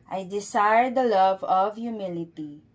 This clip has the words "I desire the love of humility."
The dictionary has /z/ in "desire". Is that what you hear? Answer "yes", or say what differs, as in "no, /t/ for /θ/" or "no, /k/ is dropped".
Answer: no, /s/ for /z/